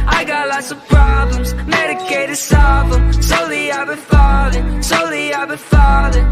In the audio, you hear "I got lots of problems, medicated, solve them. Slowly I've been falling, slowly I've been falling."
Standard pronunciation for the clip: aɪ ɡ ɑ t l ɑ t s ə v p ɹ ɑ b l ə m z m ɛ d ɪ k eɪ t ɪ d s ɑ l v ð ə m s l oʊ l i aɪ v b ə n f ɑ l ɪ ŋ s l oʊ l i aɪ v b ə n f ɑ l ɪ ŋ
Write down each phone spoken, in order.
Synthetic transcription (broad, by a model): aɪ ɡ ɑ t l ɑ t s ə v p ɹ ɑ b l ə m z m ɛ d ɪ k eɪ t ɪ d s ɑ v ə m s oʊ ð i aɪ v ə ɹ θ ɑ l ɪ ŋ s oʊ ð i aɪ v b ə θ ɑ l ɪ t